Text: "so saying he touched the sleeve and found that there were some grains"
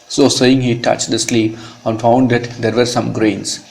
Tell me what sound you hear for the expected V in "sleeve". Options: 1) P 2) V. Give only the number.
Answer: 1